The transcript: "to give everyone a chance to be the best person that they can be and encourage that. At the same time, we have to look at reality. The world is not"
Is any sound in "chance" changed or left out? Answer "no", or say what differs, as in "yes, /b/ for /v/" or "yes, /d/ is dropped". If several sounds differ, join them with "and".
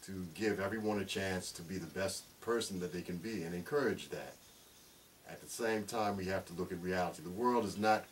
no